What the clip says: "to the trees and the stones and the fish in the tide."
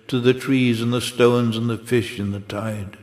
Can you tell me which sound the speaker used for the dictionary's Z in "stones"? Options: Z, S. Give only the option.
Z